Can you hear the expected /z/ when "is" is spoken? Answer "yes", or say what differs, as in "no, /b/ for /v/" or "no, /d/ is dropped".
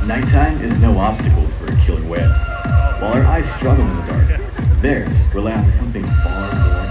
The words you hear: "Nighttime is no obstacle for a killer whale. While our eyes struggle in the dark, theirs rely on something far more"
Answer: yes